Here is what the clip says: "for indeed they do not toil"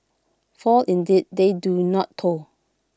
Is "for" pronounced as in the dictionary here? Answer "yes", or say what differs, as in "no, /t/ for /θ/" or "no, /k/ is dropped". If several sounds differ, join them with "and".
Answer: no, /l/ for /ɹ/